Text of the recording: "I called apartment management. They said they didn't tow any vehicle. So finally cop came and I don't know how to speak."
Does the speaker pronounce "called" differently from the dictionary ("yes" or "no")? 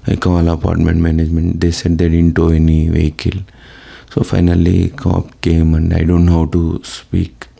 yes